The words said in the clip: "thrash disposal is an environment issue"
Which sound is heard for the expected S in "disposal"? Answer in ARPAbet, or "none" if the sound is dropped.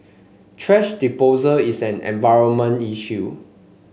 none